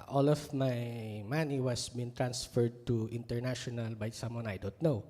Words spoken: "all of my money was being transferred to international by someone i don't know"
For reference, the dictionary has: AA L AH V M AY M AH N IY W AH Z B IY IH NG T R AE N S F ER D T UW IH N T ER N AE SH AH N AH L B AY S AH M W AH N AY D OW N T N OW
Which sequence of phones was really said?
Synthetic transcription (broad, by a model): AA L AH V M AY M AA N IY W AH S B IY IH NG T R AE N S F ER D T UW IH N T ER N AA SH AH N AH L B AY S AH M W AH N AY D OW N T N OW